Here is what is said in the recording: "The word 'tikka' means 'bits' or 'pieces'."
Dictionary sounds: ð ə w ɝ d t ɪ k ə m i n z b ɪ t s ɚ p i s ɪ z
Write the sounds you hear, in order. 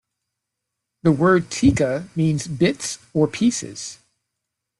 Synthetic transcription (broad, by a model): ð ə w ɝ d t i k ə m i n z b ɪ t s ɚ p i s ɪ z